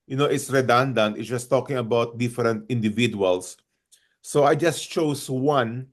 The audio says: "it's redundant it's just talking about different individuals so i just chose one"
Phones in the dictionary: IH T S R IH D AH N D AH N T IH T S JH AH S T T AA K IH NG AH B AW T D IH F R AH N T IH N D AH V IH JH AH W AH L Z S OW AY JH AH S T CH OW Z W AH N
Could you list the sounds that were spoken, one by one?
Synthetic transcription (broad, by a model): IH T S R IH D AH N D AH N T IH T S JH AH S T T AA K IH NG AH B AW T D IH F R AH N T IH N D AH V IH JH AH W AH L S OW AY JH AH S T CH OW S W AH N